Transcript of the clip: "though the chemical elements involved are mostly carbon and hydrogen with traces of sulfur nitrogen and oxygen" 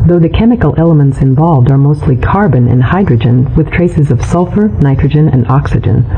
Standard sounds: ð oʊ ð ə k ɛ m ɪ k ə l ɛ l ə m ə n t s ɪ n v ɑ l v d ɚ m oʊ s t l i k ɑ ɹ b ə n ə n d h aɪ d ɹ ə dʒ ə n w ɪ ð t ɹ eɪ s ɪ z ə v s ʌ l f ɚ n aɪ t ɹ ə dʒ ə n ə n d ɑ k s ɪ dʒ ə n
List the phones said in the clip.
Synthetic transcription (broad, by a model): ð oʊ ð ə k ɛ m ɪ k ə l ɛ l ə m ə n t s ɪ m v ɑ l v d ɚ m oʊ s t l i k ɑ ɹ b ə n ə n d h aɪ d ɹ ə dʒ ə n w ɪ ð t ɹ eɪ s ɪ z ə v s ʌ l f ɚ n aɪ t ɹ ə dʒ ə n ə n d ɑ k s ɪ dʒ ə n